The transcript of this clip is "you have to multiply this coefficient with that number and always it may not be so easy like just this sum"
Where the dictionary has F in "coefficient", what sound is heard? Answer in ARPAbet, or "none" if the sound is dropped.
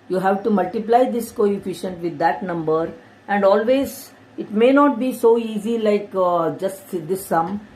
F